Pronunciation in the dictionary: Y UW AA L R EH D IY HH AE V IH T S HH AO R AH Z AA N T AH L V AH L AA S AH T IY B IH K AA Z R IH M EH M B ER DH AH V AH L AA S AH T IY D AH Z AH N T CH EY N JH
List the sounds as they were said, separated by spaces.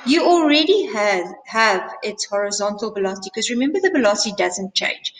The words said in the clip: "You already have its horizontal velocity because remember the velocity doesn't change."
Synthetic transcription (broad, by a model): Y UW AA L R EH D IY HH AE V IH T S HH AO R AH Z AA N T AH L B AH L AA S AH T IY K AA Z R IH M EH M B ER DH AH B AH L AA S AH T IY D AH Z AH N T CH EY N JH